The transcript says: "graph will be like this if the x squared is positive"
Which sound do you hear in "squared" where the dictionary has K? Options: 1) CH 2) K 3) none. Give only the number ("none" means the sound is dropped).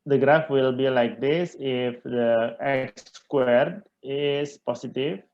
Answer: 2